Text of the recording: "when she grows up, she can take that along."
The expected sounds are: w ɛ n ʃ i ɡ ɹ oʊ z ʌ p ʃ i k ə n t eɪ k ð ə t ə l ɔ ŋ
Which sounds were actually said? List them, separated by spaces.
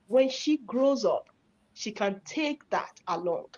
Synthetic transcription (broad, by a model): w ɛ n ʃ i ɡ ɹ oʊ z ʌ p ʃ i k ə n t eɪ k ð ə t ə l ɔ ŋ